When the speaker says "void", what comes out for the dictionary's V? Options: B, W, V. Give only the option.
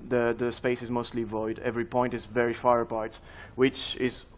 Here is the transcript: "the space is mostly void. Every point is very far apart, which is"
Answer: V